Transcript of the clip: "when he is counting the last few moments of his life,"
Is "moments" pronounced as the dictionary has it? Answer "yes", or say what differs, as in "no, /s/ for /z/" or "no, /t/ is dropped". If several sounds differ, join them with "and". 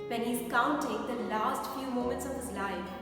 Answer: yes